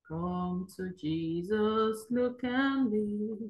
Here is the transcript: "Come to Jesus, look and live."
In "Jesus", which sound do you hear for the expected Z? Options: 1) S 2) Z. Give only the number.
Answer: 2